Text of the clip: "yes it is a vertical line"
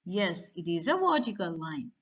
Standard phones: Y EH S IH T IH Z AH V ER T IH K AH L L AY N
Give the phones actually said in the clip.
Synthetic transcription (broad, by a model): Y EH S IH T IH Z AH W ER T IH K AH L L AY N